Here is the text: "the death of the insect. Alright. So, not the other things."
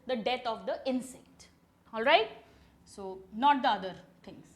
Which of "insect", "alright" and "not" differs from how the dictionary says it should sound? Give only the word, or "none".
none